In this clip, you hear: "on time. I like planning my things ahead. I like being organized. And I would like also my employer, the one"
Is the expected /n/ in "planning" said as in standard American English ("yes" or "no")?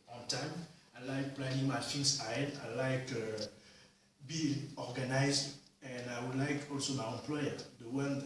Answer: no